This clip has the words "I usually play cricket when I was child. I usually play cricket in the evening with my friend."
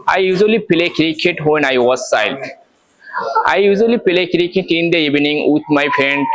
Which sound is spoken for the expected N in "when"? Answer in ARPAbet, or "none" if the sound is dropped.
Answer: N